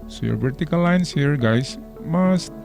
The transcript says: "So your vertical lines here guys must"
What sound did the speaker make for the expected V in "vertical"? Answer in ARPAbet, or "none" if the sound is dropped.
P